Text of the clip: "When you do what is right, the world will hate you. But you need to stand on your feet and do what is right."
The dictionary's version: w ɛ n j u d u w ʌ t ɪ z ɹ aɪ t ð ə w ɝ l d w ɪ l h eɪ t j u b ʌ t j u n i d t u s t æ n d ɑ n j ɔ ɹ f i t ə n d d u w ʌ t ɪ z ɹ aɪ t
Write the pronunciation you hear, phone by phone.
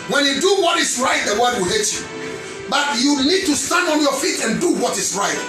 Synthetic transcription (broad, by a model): w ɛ n j u d u w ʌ t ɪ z ɹ aɪ t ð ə w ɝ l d w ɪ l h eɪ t j u b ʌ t j u n i d t u s t æ n d ɑ n j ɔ f i t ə n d d u w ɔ t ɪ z ɹ aɪ t